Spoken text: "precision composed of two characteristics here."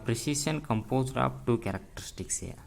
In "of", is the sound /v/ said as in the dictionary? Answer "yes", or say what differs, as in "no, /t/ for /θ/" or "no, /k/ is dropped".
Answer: no, /p/ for /v/